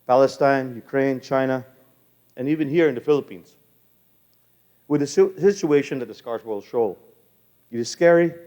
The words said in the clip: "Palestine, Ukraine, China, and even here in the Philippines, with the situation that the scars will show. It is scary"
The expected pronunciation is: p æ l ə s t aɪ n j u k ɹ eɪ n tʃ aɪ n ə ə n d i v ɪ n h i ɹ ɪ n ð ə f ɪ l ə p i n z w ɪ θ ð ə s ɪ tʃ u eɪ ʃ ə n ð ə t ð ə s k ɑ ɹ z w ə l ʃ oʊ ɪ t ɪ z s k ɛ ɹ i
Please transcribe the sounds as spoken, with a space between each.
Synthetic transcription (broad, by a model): p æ l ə s t aɪ n j u k ɹ eɪ n tʃ aɪ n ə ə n i v ɪ n h i ɹ ɪ n ð ə f ɪ l ə p i n z w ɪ ð ə s ɪ tʃ u eɪ ʃ ə n ð ə t ð ə s k ɑ ɹ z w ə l ʃ oʊ ɪ t ɪ z s k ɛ ɹ i